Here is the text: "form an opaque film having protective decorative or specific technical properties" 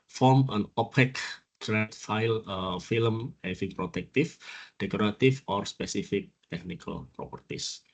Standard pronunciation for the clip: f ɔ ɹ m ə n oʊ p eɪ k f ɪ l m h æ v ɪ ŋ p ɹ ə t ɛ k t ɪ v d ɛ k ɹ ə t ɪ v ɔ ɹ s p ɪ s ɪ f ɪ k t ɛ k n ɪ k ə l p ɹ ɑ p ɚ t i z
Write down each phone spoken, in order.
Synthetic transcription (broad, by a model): f ɔ ɹ m ə n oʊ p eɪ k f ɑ l m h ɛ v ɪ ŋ p ɹ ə t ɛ k t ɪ f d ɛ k ɹ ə t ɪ f ɔ ɹ s p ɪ s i f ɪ k t ɛ k n ɪ k ə l p ɹ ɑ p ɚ t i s